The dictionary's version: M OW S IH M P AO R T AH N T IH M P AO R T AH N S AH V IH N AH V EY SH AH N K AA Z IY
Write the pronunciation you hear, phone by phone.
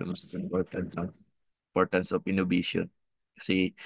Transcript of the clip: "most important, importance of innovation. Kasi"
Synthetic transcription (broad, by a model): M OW S IH M P AO R T AH N T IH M P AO R T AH N S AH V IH N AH B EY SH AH N K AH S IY